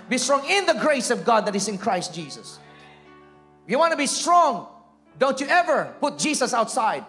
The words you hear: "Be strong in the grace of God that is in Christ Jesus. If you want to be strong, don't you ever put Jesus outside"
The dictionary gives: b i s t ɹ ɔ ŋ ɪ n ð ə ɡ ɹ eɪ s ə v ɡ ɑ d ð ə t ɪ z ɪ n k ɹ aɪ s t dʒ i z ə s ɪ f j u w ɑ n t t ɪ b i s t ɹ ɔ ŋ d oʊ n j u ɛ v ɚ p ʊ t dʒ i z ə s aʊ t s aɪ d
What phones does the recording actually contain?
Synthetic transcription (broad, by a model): b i s t ɹ ɔ ŋ ɪ n ð ə ɡ ɹ eɪ s ə v ɡ ɑ d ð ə t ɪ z ɪ n k ɹ aɪ s t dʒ i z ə s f j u w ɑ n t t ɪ b i s t ɹ ɔ ŋ d oʊ n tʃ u ɛ v ɚ p ʊ t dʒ i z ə s aʊ t s aɪ d